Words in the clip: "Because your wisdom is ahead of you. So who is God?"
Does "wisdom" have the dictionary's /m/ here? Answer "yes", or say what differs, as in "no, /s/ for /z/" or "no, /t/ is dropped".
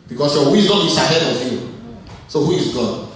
no, /m/ is dropped